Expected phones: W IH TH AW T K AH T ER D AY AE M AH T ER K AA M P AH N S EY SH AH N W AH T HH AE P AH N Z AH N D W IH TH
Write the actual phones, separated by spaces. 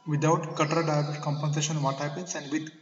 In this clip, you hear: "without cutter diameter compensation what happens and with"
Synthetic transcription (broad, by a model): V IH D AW T K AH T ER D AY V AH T K AA M P AH N S EY SH AH N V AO T HH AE P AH N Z AH N D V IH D